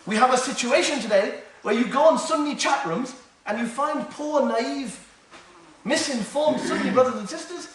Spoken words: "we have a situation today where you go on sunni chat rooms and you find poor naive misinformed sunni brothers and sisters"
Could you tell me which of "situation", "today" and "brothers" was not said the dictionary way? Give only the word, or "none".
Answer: none